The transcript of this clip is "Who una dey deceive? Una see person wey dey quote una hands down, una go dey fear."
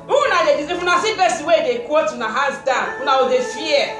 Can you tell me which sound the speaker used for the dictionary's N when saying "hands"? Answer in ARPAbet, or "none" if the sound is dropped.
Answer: none